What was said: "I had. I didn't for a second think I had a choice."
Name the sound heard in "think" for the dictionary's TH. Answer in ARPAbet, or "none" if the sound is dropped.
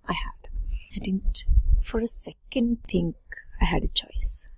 T